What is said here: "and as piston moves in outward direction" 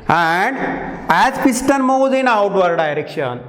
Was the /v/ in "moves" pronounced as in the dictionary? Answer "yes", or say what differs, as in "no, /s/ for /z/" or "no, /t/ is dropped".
no, /v/ is dropped